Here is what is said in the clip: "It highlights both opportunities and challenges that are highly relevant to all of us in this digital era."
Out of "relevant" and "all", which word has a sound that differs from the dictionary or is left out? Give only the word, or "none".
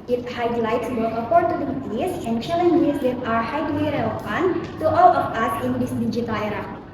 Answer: relevant